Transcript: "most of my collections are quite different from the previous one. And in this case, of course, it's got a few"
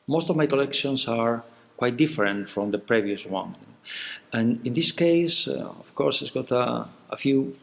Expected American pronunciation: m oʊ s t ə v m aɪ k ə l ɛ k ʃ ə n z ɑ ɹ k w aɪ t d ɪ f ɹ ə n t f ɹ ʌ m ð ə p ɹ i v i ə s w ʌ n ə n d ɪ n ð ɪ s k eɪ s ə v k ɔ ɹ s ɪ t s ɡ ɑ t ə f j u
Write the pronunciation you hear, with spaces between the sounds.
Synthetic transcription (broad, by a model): m oʊ s t ə v m aɪ k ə l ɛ k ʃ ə n s ɑ ɹ k w aɪ t d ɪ f ɹ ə n t f ɹ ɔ m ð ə p ɹ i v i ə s w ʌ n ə n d ɪ n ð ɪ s k eɪ s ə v k ɔ ɹ s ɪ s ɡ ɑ t ə f j u